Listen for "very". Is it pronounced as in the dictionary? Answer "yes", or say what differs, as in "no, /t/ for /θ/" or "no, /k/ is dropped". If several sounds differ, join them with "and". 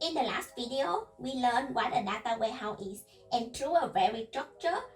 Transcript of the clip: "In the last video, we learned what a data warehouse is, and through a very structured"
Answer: yes